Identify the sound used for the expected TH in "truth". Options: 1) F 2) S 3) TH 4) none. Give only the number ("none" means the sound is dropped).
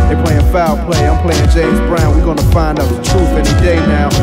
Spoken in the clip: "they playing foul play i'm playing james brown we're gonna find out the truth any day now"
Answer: 1